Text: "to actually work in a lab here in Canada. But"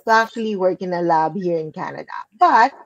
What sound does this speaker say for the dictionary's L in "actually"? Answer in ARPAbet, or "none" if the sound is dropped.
L